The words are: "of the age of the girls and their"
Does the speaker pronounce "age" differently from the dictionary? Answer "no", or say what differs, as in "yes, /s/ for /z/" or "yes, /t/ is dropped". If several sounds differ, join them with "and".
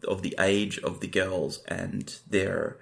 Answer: no